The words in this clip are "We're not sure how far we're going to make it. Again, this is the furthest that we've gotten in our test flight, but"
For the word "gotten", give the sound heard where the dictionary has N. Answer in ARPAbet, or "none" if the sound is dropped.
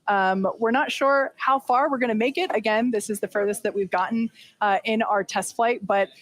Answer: none